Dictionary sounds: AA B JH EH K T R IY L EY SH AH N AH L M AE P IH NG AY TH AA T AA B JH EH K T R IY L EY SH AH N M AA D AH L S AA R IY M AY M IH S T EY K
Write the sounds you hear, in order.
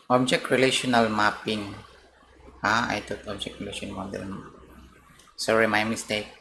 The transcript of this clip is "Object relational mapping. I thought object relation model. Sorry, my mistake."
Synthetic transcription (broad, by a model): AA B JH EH K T R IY L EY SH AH N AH L M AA P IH NG AY T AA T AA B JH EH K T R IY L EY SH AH N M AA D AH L S AA R IY M AY M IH S T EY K